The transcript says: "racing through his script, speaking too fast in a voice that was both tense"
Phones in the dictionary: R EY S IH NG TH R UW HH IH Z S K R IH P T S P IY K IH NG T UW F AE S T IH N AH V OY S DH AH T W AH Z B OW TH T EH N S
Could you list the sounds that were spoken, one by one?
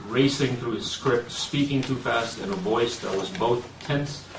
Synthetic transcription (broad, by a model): R EY S IH NG TH R UW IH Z S K R IH P T S P IY K IH NG T UW F AE S T IH N AH V OY S DH AH T W AH Z B OW TH T EH N S